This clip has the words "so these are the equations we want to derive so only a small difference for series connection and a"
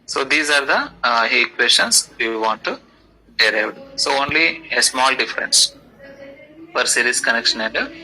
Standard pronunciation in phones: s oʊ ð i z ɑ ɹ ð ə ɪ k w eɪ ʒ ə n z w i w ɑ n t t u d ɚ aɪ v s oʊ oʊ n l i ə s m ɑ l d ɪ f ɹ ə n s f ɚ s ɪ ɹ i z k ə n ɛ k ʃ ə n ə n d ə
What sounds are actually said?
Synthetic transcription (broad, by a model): s oʊ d i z ɑ ɹ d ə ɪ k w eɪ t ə n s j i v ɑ n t t u d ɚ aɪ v s oʊ oʊ n l i ə s m ɑ l d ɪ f ɹ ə n s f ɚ s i ɹ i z k ə n ɛ k ʃ ə n ə n d